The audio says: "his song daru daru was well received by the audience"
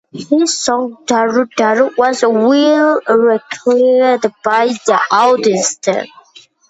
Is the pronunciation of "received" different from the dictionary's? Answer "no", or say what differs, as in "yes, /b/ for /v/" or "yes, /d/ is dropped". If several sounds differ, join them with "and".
yes, /v/ is dropped